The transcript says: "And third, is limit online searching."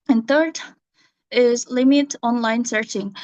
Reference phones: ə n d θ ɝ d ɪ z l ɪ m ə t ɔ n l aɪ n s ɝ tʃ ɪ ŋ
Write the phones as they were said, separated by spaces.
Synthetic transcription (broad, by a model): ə n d θ ɝ d ɪ z l ɪ m ə t ɔ n l aɪ n s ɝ tʃ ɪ ŋ